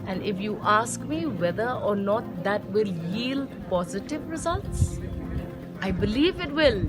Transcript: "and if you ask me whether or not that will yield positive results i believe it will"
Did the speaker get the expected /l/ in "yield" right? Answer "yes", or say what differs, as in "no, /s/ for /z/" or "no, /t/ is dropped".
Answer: yes